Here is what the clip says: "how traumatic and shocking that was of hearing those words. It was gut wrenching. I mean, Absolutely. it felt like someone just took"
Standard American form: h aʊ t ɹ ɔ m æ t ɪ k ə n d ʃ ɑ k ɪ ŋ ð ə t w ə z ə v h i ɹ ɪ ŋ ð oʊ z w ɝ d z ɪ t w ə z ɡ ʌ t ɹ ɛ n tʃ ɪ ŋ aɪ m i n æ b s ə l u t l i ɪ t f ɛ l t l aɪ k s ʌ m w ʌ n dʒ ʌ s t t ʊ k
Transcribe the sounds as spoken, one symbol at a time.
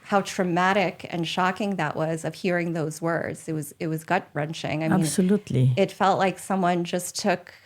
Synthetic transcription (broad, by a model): h aʊ t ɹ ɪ m æ t ɪ k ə n ʃ ɑ k ɪ ŋ ð ə t w ə z ə v h i ɹ ɪ ŋ ð oʊ z w ɝ d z ɪ t w ə z ɡ ʌ t ɹ ɛ n tʃ ɪ ŋ aɪ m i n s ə l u t l i ɪ t f ɛ l t l aɪ k s ʌ m w ʌ n dʒ ʌ s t t ʊ k